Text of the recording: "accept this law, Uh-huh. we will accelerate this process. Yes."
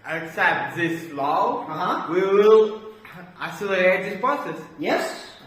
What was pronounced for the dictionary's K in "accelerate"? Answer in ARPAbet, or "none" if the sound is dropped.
none